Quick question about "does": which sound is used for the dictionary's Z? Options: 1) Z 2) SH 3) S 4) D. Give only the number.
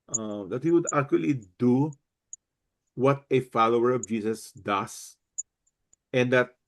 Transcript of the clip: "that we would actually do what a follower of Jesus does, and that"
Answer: 3